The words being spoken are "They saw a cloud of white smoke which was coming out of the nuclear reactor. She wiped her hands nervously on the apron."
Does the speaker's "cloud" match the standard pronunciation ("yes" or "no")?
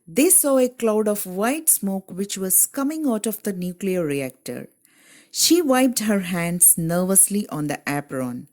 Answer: yes